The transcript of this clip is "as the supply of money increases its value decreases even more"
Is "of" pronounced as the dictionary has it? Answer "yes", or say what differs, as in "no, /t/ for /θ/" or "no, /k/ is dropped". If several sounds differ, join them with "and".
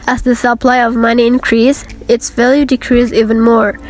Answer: yes